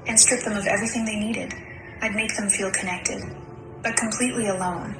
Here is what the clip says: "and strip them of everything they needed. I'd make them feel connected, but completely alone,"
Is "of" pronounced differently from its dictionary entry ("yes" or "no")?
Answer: no